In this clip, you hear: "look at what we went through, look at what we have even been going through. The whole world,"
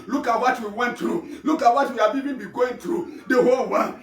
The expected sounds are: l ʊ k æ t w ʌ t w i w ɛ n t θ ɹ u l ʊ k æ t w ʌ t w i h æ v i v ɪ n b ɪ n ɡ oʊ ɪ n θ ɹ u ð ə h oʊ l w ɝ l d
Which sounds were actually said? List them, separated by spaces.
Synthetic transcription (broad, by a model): l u k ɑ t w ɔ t w i w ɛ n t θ ɹ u l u k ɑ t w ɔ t w i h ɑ b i b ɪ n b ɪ ɡ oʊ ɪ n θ ɹ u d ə h oʊ l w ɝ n